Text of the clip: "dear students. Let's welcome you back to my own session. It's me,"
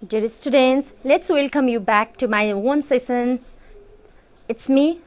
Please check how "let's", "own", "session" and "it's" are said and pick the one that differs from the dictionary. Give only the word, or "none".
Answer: session